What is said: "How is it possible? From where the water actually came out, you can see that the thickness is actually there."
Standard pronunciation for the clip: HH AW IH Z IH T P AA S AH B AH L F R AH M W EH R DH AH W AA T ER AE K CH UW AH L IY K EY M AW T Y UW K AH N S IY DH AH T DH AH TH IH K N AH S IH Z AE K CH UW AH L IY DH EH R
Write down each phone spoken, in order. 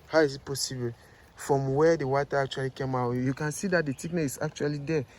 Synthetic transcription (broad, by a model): HH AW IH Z IH T P AA S AH B AH L F R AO M W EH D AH W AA T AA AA K CH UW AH L IY K EY M AW T Y UW K AH N S IY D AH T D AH T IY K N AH IH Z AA K CH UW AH L IY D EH